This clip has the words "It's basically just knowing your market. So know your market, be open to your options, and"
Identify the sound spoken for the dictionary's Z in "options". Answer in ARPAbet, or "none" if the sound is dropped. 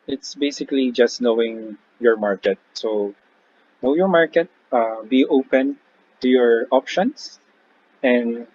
S